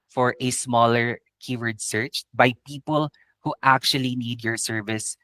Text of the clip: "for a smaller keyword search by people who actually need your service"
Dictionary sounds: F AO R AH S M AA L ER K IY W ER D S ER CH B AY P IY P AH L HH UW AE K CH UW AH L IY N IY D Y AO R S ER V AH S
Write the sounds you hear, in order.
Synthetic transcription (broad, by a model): F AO R AH S M AA L ER K IY W ER D S ER CH B AY P IY P AH L HH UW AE K CH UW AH L IY N IY D Y AO R S ER V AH S